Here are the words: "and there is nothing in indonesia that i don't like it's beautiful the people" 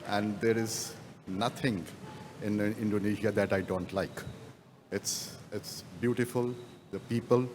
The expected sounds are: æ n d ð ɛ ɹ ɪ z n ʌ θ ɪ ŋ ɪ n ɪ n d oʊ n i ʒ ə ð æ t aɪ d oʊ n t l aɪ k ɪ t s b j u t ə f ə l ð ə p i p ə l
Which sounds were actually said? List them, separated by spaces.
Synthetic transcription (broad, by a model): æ n d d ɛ ɹ ɪ z n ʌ t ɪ ŋ ɪ n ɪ n d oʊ n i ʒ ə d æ t aɪ d oʊ n t l aɪ k ɪ t s b j u t ə f ə l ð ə p i p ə l